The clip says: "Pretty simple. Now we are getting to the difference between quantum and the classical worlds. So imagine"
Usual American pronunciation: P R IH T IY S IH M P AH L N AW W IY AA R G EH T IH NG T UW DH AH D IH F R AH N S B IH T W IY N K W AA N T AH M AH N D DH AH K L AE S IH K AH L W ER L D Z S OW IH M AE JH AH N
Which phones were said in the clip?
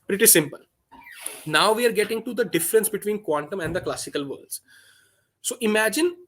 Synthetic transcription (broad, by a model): P R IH T IY S IH M P AH L N AW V IY AA R G EH T IH NG T UW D AH D IH F R AH N S B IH T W IY N K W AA N T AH M AH N D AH K L AE S IH K AH L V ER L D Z S OW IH M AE JH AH N